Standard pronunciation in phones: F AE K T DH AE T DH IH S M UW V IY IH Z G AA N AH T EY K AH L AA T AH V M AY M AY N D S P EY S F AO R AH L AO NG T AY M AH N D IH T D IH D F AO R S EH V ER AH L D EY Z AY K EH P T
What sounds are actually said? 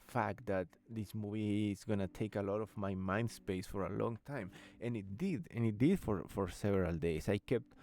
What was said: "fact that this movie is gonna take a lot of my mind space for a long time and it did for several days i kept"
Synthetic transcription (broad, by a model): F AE K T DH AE T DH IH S M UW V IY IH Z G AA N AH T EY K AH L AA T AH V M AY M AY N D S P EY S F AO R AH L AO NG T AY M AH N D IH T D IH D F AO R S EH V ER AH L D EY S AY K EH P T